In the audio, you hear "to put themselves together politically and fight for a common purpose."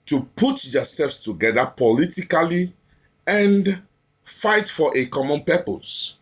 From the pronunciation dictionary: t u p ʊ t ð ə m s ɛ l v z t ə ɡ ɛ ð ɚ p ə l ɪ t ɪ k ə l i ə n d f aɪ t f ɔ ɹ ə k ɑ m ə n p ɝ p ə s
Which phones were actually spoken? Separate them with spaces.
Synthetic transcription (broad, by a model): t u p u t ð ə s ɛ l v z t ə ɡ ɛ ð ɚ p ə l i t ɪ k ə l i ə n d f aɪ t f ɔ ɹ ə k ɑ m ə n p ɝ p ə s